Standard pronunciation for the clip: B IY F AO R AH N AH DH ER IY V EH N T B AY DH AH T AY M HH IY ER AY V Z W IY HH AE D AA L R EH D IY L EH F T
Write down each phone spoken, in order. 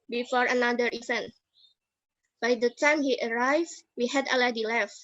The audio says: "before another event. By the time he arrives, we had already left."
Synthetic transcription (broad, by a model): B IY F AO R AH N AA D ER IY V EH N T B AY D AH T AY M HH IY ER AY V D W IY HH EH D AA L EH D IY L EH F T